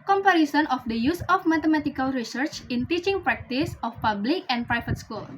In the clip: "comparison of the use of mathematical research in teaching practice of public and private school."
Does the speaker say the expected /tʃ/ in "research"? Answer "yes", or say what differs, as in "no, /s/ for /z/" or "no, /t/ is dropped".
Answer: yes